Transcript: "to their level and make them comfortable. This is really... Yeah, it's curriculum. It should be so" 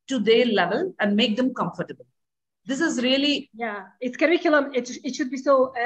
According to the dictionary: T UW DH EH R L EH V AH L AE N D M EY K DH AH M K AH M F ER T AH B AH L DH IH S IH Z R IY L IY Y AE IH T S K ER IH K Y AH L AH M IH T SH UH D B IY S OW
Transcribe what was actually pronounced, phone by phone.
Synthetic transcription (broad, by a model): T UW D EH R L EH V AH L AE N D M EY K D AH M K AH M F ER T AH B AH L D IH S IH Z R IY L IY Y AE IH T S K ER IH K Y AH L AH M IH T SH UH D B IY S OW